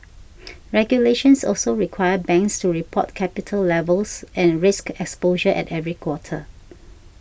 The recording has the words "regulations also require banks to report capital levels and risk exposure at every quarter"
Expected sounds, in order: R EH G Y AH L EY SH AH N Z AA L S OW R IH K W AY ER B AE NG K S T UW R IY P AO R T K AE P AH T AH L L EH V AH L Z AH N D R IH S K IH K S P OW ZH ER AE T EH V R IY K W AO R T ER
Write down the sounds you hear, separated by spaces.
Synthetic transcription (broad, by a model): R EH G Y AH L EY SH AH N S AA L S OW R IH K W AY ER B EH NG K S T UW R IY P AO T K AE P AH T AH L L EH V AH L S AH N R IH S K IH K S P OW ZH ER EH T EH V R IY K W AO T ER